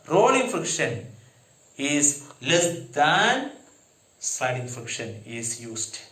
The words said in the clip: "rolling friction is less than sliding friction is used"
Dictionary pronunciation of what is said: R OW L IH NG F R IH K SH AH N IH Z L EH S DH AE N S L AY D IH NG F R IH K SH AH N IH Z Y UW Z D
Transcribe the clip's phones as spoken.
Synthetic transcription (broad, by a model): R OW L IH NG F R IH K SH AH N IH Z L EH S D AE N S AY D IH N F R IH K SH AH N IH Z Y UW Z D